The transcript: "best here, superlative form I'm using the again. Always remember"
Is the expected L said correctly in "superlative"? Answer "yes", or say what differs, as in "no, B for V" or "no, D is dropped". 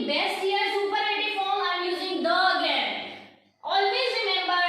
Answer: no, L is dropped